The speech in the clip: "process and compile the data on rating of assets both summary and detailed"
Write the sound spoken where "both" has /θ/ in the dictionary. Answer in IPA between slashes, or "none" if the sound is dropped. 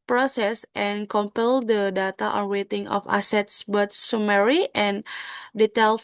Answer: /t/